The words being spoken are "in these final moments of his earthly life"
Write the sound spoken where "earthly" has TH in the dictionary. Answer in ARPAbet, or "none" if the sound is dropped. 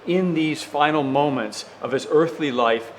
TH